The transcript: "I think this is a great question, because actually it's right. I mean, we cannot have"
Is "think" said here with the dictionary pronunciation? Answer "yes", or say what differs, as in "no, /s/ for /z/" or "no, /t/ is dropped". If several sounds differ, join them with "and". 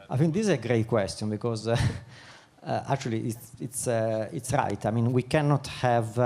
no, /f/ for /θ/